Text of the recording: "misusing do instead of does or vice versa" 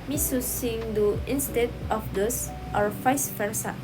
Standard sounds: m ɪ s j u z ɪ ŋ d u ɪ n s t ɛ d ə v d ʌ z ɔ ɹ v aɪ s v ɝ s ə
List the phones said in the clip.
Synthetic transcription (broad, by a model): m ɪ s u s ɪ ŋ d u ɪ n s t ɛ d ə f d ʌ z ɔ ɹ f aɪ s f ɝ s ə